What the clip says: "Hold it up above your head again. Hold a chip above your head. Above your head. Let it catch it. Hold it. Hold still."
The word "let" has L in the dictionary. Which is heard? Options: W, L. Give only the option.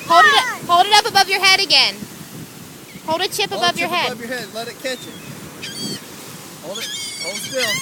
L